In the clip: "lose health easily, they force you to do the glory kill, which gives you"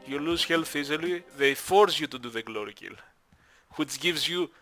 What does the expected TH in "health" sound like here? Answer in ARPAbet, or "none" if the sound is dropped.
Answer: F